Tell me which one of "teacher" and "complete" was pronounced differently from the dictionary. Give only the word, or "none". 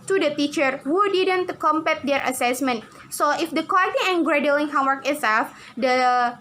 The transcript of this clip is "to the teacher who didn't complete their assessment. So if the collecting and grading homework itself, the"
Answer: complete